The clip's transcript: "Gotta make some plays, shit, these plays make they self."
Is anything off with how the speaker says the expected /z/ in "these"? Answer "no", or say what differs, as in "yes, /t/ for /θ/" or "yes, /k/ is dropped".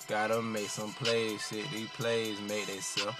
yes, /z/ is dropped